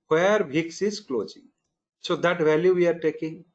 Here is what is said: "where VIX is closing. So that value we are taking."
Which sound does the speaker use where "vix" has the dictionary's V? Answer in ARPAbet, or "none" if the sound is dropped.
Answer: B